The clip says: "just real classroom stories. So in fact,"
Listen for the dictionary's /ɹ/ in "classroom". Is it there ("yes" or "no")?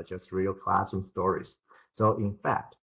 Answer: no